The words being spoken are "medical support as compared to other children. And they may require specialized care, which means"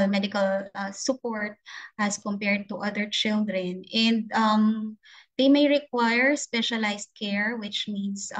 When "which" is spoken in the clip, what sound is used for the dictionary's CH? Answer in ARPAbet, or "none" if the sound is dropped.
CH